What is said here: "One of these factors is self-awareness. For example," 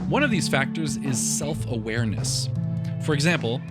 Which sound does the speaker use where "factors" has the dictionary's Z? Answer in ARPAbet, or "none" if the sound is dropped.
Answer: Z